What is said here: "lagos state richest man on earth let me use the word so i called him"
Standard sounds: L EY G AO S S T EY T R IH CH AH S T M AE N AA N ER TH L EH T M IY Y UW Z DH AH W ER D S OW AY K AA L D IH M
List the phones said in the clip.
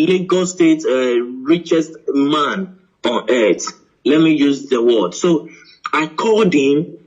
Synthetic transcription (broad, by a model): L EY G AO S S T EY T R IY CH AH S T M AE N AA N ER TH L EH T M IY Y UW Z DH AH W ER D S OW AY K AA D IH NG